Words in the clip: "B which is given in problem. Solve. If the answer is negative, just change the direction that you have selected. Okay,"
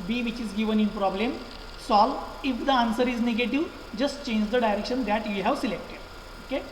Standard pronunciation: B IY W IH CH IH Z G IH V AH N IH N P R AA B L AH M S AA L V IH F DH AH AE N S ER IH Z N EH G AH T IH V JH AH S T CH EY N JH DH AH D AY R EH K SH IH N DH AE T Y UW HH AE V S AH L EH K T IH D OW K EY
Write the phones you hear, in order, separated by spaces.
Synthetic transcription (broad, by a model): B IY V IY CH IH Z G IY V AH N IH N P R AA B L AH M S AA L IH F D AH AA N S ER IH Z N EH G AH T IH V JH AH S T CH EY N JH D AH D AY R EH K SH IH N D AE T Y UW HH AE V S AH L EH K T IH D OW K EY